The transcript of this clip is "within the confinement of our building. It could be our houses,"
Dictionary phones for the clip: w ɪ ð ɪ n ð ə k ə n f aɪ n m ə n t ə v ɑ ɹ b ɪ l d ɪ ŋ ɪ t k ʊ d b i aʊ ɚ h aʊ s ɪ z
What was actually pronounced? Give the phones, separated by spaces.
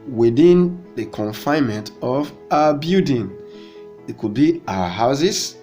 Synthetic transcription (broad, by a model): w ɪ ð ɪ n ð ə k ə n f aɪ n m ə n t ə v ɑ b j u d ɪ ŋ ɪ t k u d b i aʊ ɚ h aʊ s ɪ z